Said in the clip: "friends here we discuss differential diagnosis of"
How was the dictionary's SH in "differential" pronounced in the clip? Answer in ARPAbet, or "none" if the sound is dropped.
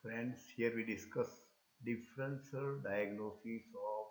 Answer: S